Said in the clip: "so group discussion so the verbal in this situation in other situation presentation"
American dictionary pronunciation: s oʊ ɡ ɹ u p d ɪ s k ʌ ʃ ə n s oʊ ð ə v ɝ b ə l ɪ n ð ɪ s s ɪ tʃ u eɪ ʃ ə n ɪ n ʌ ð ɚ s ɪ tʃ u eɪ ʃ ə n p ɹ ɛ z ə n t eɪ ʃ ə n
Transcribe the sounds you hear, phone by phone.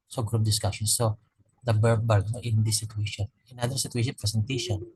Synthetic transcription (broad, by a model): s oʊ ɡ ɹ u p d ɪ s k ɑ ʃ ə n s oʊ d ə b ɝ b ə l ɪ n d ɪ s s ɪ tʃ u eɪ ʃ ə n ɪ n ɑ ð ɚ s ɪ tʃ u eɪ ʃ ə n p ɹ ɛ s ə n t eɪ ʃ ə n